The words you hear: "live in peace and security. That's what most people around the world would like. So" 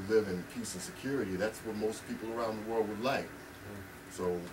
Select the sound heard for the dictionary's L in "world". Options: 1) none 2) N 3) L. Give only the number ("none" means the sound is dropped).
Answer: 3